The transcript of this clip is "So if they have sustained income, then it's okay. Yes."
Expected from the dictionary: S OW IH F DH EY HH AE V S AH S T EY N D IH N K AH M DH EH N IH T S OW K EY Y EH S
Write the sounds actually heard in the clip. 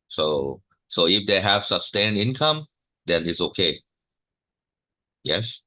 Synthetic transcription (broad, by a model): S OW IH F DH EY HH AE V S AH S T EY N IH N K AH M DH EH N IH T S OW K EY Y EH S